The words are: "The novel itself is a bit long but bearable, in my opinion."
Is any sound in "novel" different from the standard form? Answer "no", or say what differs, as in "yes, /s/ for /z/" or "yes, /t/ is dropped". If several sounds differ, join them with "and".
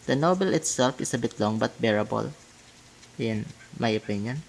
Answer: yes, /b/ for /v/